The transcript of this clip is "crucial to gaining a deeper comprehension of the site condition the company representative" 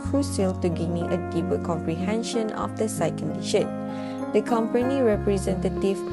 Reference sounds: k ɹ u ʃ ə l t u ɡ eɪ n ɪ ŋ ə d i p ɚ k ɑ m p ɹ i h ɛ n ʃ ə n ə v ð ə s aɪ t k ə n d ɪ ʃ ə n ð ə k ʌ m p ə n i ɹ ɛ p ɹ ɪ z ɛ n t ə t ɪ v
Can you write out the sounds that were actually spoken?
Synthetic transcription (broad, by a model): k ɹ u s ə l t u ɡ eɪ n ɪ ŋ ə d i p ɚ k ɑ m p ɹ i h ɛ n ʃ ə n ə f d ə s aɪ k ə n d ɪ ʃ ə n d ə k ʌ m p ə n i ɹ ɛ p ɹ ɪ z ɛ n t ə t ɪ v